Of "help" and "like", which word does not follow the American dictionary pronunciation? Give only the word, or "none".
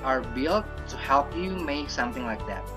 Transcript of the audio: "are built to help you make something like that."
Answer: none